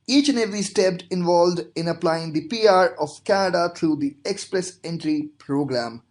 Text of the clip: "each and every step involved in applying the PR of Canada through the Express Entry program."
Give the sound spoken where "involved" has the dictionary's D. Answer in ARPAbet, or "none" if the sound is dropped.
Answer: D